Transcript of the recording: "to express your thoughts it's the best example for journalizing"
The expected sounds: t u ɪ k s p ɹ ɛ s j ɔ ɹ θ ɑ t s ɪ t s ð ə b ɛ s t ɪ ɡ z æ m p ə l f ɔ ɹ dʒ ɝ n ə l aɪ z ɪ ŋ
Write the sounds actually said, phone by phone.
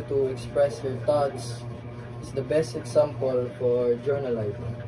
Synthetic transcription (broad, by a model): t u ɪ k s p ɹ ɛ s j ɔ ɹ t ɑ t s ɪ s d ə b ɛ s t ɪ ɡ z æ m p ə l f ɔ ɹ dʒ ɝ n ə l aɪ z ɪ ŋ